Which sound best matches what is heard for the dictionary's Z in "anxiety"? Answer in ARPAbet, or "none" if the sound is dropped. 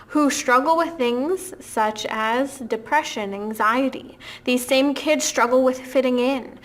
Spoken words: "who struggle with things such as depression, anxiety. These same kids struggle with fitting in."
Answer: Z